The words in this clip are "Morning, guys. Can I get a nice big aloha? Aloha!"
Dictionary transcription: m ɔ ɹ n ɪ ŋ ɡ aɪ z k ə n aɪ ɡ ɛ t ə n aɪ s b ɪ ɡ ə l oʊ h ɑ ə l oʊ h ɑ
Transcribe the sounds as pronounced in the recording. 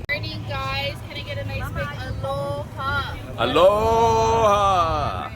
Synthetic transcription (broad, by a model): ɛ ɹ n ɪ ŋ ɡ aɪ z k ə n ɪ ɡ ɛ t ə n aɪ s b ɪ ə l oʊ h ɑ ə l oʊ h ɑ